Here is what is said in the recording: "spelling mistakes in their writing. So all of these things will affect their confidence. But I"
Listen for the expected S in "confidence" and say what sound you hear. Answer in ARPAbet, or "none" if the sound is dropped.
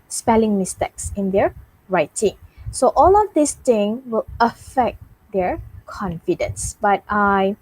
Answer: S